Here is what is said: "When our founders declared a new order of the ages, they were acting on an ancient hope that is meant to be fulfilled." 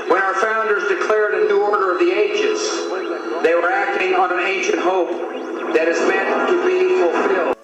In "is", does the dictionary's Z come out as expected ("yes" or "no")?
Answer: yes